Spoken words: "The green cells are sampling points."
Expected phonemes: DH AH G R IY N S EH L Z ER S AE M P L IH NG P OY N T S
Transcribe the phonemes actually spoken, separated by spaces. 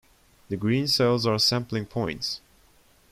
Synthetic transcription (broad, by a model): DH AH G R IY N S EH L Z ER S AE M P L IH NG P OY N T S